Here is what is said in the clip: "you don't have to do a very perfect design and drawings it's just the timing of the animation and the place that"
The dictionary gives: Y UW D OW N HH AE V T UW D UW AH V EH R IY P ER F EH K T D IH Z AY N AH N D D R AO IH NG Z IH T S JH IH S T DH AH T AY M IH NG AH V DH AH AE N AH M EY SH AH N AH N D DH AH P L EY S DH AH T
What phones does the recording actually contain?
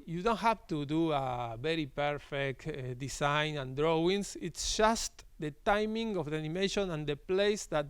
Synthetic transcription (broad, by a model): Y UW D OW N HH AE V T UW D UW AH V EH R IY P ER F EH K T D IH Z AY N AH N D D R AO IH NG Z IH T S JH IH S T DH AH T AY M IH NG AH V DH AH N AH M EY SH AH N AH N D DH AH P L EY S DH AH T